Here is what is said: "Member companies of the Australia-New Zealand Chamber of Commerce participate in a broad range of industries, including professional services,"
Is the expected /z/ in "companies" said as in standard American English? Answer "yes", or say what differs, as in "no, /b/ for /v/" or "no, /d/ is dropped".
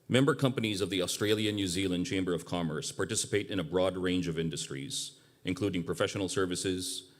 yes